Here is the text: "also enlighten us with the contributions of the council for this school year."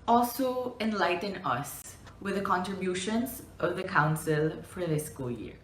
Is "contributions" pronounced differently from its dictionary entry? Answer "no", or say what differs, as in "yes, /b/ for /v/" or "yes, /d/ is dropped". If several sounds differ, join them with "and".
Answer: no